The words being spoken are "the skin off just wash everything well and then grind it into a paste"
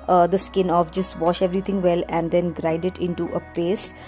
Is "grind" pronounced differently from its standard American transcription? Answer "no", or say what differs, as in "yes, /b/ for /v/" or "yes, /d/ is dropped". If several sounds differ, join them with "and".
yes, /n/ is dropped